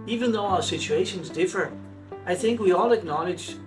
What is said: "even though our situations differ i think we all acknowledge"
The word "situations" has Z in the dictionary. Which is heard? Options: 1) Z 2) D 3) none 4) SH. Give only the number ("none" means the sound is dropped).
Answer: 1